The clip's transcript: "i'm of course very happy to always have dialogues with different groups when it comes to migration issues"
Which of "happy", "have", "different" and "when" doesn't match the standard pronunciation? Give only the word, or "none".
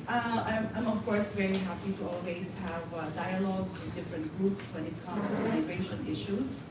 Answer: none